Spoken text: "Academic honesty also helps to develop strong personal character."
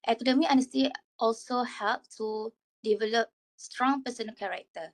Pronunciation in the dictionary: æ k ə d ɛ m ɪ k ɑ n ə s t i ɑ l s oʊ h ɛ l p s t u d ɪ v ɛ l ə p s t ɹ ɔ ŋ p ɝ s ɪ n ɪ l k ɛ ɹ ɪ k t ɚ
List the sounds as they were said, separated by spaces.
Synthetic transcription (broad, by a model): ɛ k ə d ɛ m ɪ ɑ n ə s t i ɑ l s oʊ h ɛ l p t u d ɪ v ɛ l ə p s t ɹ ɔ ŋ p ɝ s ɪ n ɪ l k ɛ ɹ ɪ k t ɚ